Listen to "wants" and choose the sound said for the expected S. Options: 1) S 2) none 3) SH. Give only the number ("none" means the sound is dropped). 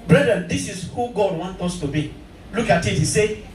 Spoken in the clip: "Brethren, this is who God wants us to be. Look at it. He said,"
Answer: 2